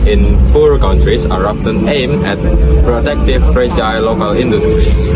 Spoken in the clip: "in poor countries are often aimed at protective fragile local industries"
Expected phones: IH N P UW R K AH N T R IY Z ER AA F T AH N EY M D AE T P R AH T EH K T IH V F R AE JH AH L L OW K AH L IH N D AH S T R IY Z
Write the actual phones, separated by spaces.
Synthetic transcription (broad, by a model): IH N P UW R K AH N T R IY S ER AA P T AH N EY M EH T P R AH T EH K T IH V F R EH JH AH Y L OW K AH L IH N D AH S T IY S